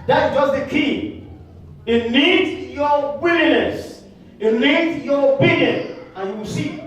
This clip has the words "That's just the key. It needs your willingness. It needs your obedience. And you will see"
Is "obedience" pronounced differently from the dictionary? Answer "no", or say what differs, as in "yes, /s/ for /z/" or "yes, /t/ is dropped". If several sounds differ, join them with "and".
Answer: yes, /s/ is dropped